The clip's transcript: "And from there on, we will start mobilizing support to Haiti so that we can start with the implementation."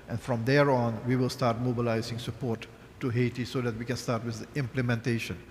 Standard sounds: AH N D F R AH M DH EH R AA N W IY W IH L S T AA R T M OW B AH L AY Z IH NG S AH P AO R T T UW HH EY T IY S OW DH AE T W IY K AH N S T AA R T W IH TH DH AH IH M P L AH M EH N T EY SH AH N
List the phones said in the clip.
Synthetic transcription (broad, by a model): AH N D F R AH M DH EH R AA N W IY W IH L S T AA R T M OW B AH L AY Z IH NG S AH P AO R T T UW HH EY T IY S OW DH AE T W IY K AH N S T AA R T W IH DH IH M P L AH M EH N T EY SH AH N